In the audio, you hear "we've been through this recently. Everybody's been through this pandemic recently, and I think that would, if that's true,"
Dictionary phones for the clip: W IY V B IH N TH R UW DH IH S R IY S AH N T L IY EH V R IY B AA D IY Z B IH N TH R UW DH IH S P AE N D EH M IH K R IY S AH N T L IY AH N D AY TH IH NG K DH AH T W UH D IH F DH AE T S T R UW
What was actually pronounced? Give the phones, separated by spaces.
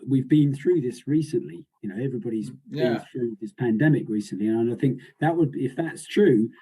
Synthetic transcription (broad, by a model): W IY V B IH N TH R UW DH IH S R IY S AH N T L IY EH V R IY B AA D IY Z B IH N TH R UW DH IH S P AE N D EH M IH K R IY S AH N T L IY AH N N AY TH IH NG K DH AH T W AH D IH F DH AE T S T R UW